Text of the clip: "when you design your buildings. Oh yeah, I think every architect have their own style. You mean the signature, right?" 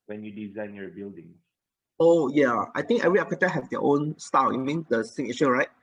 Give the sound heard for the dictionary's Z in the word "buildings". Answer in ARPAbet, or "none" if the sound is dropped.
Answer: none